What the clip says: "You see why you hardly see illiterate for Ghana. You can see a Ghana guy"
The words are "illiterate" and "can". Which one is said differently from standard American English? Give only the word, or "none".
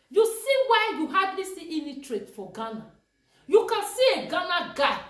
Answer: illiterate